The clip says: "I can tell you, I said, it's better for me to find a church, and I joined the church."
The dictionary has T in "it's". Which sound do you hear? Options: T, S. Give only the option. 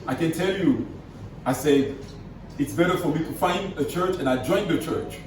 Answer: T